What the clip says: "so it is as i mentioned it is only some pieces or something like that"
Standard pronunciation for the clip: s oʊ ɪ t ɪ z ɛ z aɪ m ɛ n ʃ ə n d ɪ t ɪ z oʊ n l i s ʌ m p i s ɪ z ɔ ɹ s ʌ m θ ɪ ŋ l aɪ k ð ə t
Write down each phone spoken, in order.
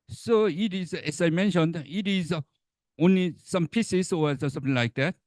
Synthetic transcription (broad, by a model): s oʊ ɪ t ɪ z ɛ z aɪ m ɛ n ʃ ə n d ɪ t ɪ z oʊ n l i s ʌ m p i s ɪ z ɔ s s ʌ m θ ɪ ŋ l aɪ k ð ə t